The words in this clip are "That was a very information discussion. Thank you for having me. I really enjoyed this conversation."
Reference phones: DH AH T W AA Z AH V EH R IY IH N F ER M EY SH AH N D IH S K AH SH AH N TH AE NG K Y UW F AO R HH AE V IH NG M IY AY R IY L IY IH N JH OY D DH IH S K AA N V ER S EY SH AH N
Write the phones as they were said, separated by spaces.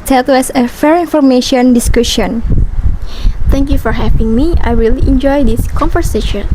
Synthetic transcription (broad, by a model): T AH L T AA S AH F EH R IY N F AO M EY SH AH N D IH S K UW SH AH N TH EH NG K Y UW F AO R HH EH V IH NG M IY AY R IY L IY N JH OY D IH S K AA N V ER S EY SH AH N